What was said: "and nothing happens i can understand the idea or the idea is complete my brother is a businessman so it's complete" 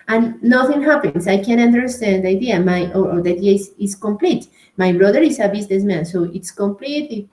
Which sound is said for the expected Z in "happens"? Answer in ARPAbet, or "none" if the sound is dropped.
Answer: S